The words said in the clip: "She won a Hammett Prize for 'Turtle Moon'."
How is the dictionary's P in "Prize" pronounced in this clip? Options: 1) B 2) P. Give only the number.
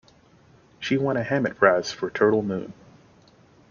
1